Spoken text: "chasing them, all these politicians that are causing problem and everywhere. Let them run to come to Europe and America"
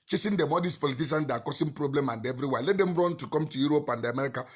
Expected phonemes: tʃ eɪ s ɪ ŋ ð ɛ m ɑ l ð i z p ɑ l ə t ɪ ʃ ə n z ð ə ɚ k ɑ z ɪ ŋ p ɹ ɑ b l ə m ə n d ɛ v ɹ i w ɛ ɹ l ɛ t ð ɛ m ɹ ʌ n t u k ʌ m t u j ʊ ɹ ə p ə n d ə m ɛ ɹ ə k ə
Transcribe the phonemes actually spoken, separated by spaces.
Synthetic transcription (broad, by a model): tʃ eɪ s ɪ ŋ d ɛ m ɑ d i s p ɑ l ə t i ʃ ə n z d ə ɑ k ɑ s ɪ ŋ p ɹ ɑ b l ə m ə n d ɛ v ɹ i w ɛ l ɛ t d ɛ m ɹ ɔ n t u k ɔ m t u j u ɹ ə p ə n d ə m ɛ ɹ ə k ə